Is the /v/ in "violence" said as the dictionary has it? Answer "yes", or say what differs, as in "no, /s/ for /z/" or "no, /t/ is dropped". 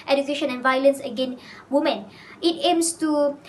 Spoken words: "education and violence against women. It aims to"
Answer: yes